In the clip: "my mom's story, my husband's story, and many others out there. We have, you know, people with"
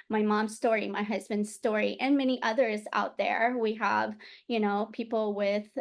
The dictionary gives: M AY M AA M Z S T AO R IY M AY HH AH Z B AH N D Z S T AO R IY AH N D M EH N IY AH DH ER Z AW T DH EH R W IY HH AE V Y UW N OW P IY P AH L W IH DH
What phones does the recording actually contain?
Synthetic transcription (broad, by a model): M AY M AA M Z S T AO R IY M AY HH AH Z B AH N D Z S T AO R IY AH N M EH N IY AH DH ER Z AW T DH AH R W IY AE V Y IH N OW P IY P L W IH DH